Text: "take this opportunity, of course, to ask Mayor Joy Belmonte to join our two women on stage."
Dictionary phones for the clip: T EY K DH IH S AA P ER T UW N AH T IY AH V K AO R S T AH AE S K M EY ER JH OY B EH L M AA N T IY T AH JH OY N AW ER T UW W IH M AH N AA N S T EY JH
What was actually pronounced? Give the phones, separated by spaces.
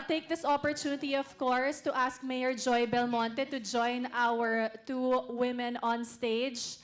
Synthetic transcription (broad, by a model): T EY K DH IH S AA P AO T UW N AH T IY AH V K AO R S T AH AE S K M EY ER JH OY B EH L M AA N T IY T AH JH OY N AW ER T UW W IH M AH N AA N S T EY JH